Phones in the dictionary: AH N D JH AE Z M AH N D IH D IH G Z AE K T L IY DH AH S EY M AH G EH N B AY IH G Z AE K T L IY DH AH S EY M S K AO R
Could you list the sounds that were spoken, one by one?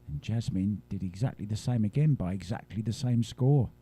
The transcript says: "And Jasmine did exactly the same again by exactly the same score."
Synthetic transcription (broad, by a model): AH N JH AE Z M AH N D IH D IH G Z AE K T L IY DH AH S EY M AH G EH N B AY IH G Z AE K T L IY DH AH S EY M S K AO R